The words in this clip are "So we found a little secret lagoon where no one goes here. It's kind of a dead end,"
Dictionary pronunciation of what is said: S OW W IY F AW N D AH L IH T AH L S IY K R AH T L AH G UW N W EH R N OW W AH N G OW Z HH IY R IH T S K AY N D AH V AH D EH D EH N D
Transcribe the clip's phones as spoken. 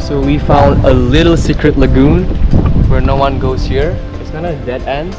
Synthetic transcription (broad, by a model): S OW W IY F AW N D AH L IH T AH L S IY K R AH T L AH G UW N W EH R N OW W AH N G OW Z HH IY R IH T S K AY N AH AH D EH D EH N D